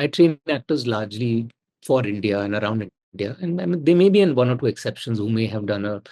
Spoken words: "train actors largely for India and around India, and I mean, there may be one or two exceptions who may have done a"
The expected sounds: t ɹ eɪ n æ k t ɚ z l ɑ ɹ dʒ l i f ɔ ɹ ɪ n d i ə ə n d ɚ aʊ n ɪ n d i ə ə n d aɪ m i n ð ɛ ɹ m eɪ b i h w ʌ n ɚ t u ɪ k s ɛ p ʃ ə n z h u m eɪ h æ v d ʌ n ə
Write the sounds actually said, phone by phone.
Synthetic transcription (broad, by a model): t ɹ eɪ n æ k t ɚ z l ɑ ɹ dʒ l i f ɔ ɹ ɪ n d i ə ə n d ɚ aʊ n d d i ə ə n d aɪ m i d ɛ m eɪ b i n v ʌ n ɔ t u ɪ k s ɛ p ʃ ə n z h u m eɪ h æ v d ʌ n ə